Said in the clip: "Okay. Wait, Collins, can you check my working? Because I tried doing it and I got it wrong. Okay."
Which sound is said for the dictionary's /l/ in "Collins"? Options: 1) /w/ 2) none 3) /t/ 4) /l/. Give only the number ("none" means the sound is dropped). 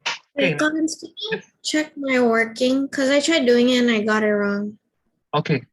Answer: 2